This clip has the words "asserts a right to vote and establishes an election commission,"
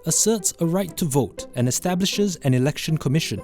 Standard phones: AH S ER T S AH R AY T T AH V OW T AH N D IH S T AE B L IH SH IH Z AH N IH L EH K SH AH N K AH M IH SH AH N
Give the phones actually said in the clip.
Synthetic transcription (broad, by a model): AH S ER T S AH R AY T T AH V OW T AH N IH S T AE B L IH SH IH Z AH N IH L EH K SH AH N K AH M IH SH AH N